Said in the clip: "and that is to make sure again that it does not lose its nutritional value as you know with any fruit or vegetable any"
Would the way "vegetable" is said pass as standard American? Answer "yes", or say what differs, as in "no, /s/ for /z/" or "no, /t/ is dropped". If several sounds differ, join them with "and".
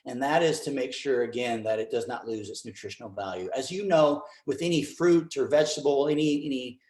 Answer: no, /n/ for /l/